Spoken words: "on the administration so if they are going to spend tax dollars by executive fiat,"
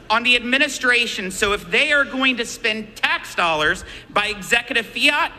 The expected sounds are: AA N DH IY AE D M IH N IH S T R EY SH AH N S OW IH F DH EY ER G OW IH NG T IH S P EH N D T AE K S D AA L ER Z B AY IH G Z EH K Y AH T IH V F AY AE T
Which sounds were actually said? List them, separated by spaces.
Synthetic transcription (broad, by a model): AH N DH IY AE D M IH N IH S T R EY SH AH N S OW IH F DH EY ER G OW IH NG T IH S P EH N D T AE K S D AA L ER Z B AY IH G Z EH K Y AH T IH V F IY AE T